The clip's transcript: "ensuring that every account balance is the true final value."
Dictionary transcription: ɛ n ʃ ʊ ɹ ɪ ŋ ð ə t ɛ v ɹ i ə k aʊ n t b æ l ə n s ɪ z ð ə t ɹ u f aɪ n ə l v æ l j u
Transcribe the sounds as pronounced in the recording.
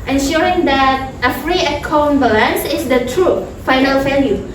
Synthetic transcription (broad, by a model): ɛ n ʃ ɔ ɹ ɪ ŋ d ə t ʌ f ɹ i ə k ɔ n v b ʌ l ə n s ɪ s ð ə t ɹ u f aɪ n ə l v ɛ l j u